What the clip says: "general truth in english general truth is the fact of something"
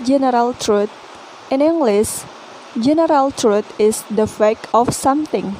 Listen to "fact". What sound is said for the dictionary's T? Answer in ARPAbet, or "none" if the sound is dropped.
none